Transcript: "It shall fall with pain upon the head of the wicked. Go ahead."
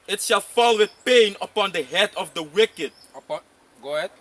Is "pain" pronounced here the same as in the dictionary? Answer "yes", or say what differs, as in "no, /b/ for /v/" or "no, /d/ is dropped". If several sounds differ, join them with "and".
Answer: yes